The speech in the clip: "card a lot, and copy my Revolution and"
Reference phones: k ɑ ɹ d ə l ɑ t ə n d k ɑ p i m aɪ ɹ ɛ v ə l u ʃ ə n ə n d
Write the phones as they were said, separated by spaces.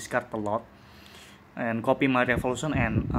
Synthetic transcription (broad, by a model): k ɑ ɹ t ə l ɑ t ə n k ɑ p i m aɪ ɹ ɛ f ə l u s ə n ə n